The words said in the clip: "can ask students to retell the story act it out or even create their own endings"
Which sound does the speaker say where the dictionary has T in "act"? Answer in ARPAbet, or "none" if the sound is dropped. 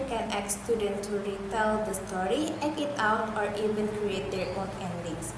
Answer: none